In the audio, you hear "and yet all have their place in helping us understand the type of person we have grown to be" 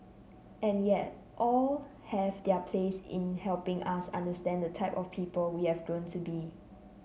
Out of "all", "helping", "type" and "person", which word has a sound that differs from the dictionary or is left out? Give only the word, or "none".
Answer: person